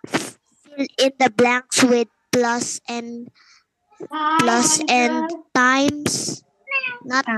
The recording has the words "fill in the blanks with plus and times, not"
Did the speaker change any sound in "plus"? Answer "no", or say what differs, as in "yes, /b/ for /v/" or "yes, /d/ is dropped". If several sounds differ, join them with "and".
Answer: no